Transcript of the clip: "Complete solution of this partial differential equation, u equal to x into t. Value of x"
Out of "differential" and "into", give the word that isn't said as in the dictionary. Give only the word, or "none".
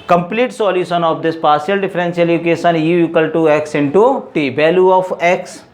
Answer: differential